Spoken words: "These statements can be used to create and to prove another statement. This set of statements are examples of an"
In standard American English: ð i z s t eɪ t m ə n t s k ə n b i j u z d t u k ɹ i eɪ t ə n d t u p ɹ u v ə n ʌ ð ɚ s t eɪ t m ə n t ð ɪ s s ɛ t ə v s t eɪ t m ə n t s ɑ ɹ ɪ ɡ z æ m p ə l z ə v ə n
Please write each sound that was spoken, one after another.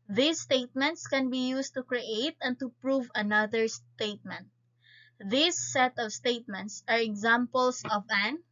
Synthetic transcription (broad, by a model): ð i s t eɪ t m ə n t s k ə n b i j u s t u k ɹ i eɪ t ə n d t u p ɹ u v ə n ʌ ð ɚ s t eɪ t m ə n t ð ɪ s s ɛ t ə v s t eɪ t m ə n t s ɑ ɹ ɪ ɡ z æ m p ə l s ə v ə n